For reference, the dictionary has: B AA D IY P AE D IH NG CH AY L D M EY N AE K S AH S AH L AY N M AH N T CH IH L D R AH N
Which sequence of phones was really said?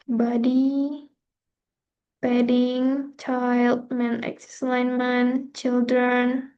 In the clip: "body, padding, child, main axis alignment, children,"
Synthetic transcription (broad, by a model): B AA D IY B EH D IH NG CH AY L D M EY N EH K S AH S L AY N M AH N CH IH L D R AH N